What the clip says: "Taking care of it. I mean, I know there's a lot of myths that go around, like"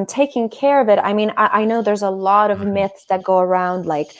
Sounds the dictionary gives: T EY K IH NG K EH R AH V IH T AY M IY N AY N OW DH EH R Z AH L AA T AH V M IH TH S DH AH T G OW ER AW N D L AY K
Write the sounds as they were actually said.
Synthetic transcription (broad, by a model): T EY K IH NG K EH R AH V IH T AY M IY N AY N OW DH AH R Z AH L AA T AH V M IH TH S DH AH T G OW ER AW N D L AY K